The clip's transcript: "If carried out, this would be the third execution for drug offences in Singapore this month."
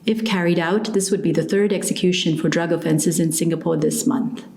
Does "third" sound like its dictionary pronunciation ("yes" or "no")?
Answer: yes